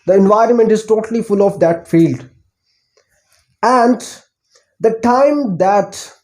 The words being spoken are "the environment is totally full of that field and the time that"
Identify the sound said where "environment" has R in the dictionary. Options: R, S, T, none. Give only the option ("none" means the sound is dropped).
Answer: R